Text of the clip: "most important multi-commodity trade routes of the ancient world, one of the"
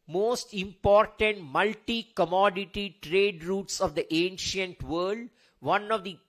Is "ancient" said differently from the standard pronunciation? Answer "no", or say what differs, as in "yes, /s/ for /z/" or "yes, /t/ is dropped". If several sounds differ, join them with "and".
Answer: no